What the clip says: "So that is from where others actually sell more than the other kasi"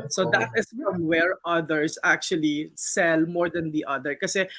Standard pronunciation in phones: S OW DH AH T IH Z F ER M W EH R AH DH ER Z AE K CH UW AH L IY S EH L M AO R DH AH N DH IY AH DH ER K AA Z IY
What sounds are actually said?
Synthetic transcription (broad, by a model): S OW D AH T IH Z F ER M W EH R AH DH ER S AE K CH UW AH L IY S EH L M AO R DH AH N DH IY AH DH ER K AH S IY